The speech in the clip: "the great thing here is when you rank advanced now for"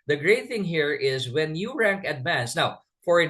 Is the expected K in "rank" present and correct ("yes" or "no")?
yes